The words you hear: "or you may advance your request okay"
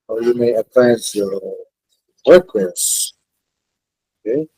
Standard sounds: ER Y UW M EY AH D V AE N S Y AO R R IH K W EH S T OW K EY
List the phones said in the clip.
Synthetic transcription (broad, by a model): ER Y UW M EY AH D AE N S Y AO R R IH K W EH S OW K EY